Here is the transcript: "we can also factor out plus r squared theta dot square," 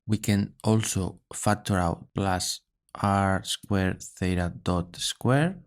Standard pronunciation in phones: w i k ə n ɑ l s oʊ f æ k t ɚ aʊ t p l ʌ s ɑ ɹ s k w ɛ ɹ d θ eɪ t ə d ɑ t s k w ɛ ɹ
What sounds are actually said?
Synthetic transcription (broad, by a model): w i k ə n ɑ l s oʊ f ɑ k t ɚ aʊ t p l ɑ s ɑ ɹ s k w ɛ ɹ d θ eɪ t ə d ɑ t s k w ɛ ɹ